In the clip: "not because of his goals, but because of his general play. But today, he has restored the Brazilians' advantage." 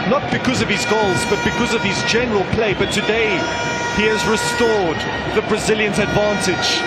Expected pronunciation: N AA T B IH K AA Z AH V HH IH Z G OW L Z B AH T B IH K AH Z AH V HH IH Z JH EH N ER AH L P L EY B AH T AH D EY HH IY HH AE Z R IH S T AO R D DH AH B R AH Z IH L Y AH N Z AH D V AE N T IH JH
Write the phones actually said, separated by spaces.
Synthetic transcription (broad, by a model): N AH T B IH K AA Z AH V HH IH Z G OW L Z B AH T B IH K AH Z AH V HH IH Z JH EH N ER AH L P L EY B AH T AH D EY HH IY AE Z R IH S T AO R D DH AH B R AH Z IH L Y AH N Z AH D V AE N T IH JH